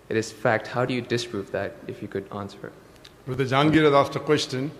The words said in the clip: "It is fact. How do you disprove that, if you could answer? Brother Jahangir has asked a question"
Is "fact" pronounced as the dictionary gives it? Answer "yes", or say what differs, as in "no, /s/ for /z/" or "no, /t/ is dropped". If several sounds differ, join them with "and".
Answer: yes